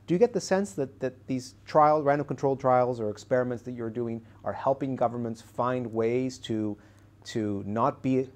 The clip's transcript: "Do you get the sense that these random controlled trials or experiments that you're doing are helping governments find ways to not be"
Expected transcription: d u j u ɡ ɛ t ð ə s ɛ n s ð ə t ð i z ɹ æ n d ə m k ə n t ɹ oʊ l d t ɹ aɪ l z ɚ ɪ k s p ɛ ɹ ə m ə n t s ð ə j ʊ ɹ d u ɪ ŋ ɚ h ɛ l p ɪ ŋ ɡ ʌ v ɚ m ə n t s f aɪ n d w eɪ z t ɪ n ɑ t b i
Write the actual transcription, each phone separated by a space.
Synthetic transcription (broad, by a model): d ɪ j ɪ ɡ ɛ t ð ə s ɛ n s ð ə t ð i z ɹ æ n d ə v k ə n t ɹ oʊ l t ɹ aɪ l z ɚ ɪ k s p ɛ ɹ ə m ə n t s ð ə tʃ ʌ ɹ d u ɪ ŋ ɚ h ɛ l p ɪ ŋ ɡ ʌ v ɚ m ə n t s f aɪ n d w eɪ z t ɪ n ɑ t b i